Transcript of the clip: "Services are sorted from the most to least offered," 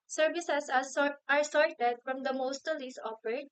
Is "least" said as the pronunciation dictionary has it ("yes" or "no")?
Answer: no